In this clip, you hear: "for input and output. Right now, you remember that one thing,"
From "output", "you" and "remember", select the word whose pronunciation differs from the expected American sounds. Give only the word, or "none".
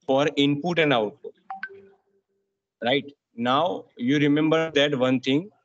output